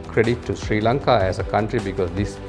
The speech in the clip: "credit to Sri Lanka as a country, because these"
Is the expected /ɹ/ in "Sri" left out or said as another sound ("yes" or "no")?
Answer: no